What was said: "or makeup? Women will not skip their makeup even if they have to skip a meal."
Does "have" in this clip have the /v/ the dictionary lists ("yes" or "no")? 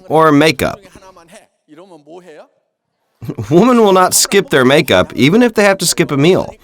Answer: no